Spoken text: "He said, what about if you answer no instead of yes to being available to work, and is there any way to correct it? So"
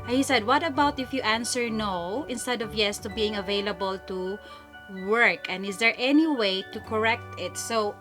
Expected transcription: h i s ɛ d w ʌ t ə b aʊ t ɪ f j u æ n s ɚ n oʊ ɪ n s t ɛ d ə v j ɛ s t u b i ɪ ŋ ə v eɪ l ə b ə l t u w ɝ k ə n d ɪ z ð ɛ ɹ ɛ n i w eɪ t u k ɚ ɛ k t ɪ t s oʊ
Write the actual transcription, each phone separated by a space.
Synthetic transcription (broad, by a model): h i s ɛ d w ʌ t ə b aʊ t ɪ f j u æ n s ɚ n oʊ ɪ n s t ɛ d ə v j ɛ s t u b i ɪ ŋ ə v eɪ l ə b ə l t u w ɝ k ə n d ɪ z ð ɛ ɹ ɛ n i w eɪ t u k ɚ ɛ k t ɪ t s oʊ